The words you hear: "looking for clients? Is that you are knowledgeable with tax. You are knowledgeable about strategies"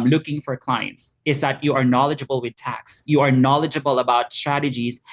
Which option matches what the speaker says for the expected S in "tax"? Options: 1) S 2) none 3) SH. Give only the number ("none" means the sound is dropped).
1